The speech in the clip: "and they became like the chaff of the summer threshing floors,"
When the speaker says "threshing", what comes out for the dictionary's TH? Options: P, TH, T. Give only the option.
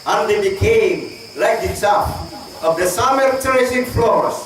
T